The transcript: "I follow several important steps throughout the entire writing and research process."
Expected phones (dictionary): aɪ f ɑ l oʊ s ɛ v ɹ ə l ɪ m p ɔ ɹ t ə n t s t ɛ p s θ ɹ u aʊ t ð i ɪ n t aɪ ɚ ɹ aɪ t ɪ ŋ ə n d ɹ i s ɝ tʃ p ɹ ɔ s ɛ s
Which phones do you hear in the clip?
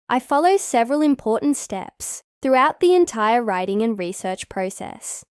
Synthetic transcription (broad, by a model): aɪ f ɑ l oʊ s ɛ v ɹ ə l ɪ m p ɔ ɹ t n t s t ɛ p s θ ɹ u aʊ t ð i ɪ n t aɪ ɚ ɹ aɪ t ɪ ŋ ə n ɹ i s ɝ tʃ p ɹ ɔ s ɛ s